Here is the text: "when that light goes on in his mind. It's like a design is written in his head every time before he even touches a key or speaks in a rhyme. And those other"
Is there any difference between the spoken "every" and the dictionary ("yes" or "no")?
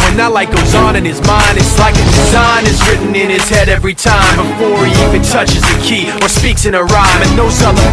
no